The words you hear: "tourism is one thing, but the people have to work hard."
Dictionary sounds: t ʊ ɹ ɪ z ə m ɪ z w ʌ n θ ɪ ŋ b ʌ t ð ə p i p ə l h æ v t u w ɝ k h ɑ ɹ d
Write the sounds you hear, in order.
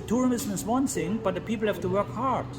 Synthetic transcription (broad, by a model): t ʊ ɹ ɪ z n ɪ s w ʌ n s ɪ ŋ b ʌ t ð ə p i p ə l h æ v t u w ɝ k h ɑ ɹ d